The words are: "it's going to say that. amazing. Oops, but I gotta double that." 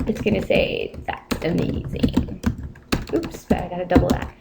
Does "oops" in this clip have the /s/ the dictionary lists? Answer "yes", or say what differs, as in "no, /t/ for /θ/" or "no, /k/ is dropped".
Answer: yes